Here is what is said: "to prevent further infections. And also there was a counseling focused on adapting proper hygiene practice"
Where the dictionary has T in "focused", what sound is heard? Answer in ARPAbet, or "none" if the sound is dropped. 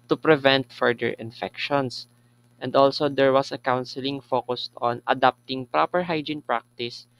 T